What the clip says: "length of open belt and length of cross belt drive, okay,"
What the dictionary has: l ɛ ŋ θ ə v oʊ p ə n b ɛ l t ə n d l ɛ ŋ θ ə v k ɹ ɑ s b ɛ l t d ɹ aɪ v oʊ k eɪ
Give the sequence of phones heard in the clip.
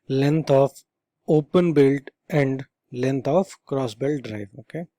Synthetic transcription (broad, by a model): l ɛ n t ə f oʊ p ə n b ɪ l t ə n d l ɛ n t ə f k ɹ ɑ s b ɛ l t d ɹ aɪ v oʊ k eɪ